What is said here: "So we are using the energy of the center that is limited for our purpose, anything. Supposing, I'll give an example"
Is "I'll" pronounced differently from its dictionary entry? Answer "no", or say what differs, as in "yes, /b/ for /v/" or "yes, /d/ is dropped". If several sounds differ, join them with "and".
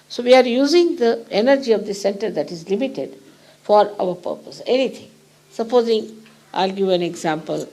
no